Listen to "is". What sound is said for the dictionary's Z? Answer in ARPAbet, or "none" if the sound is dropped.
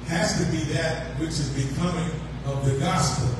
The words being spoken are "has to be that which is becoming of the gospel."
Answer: Z